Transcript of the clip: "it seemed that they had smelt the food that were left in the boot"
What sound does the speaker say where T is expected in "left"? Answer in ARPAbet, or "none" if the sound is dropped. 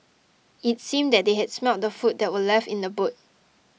none